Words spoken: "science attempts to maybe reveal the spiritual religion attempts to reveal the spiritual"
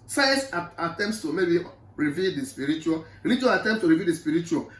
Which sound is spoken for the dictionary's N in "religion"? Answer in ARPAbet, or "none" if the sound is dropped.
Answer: none